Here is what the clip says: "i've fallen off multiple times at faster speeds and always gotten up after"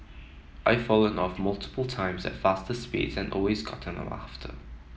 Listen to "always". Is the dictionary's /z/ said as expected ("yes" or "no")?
yes